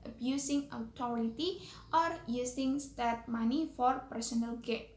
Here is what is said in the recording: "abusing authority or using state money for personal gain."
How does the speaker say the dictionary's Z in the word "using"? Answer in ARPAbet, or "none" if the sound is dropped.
S